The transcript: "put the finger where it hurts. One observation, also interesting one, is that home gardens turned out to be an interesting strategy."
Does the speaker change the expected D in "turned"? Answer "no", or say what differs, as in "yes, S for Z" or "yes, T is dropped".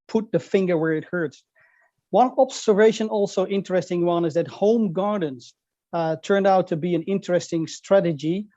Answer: no